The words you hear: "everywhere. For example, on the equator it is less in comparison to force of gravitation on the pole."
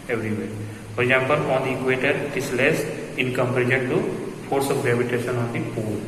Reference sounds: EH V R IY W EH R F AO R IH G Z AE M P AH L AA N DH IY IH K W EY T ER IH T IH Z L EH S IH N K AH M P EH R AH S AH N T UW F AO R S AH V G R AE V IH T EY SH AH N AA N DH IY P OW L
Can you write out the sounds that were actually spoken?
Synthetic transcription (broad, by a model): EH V R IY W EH R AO R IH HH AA P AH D AA N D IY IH K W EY T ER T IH S L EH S IH N K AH M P R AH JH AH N T UW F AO R S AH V G R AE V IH T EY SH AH N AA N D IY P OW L